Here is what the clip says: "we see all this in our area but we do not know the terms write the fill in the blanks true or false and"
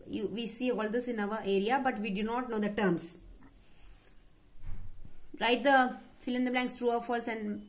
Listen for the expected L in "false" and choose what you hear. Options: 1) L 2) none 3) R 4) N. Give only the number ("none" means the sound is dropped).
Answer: 1